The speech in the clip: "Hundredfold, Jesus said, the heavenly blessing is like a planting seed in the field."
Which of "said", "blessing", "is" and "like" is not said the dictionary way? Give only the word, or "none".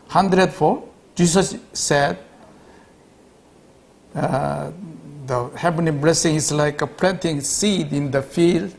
is